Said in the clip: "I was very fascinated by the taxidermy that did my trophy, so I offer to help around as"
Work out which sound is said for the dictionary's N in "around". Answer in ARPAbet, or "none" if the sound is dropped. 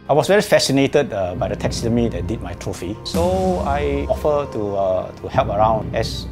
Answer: N